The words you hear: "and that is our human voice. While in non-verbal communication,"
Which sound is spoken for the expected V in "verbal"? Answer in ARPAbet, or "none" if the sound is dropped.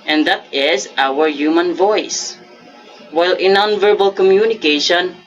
V